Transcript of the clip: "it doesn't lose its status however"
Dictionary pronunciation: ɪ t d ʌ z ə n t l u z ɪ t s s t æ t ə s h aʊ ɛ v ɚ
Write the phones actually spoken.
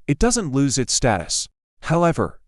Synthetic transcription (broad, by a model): ɪ t d ʌ z ə n t l u z ɪ t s s t æ t ə s h aʊ ɛ v ɚ